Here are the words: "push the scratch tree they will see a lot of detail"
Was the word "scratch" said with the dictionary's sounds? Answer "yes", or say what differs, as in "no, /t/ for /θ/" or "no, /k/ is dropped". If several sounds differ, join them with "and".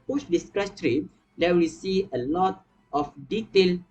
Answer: no, /s/ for /tʃ/